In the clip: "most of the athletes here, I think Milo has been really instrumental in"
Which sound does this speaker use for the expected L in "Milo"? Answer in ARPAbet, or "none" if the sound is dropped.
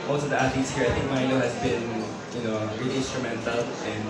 N